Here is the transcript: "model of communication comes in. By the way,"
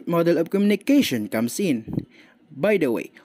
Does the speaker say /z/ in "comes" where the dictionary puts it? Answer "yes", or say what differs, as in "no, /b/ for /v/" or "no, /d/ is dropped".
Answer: no, /s/ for /z/